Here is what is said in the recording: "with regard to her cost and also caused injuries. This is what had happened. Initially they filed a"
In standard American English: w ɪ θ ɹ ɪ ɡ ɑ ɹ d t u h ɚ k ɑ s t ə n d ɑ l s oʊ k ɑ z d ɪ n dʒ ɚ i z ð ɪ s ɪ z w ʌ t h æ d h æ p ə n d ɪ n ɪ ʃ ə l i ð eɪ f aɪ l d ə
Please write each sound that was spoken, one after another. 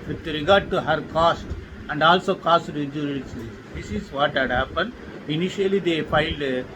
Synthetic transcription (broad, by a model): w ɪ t ɹ ɪ ɡ ɑ ɹ d t u h ɚ k ɑ s t ə n d ɑ l s oʊ k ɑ s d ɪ dʒ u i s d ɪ s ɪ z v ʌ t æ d h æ p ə n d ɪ n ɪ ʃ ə l i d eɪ f aɪ l d